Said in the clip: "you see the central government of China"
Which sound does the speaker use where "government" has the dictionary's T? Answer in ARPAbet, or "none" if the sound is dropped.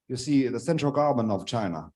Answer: none